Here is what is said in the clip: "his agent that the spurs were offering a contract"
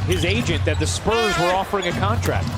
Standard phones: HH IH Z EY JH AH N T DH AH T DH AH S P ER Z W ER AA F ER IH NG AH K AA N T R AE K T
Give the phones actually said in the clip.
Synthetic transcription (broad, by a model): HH IH Z EY JH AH N DH AH T DH AH S P ER Z W ER AA F ER IH NG AH K AA N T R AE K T